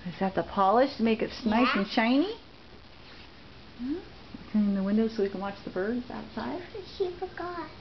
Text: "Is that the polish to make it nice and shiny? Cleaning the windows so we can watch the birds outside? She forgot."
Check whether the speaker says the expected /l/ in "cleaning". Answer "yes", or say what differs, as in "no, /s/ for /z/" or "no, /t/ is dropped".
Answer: no, /l/ is dropped